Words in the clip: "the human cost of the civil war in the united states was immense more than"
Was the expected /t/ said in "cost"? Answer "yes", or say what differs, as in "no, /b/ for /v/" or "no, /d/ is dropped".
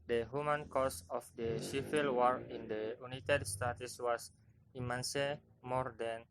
no, /t/ is dropped